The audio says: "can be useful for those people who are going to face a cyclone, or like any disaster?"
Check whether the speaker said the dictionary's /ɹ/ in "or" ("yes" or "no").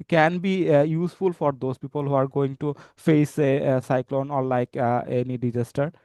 no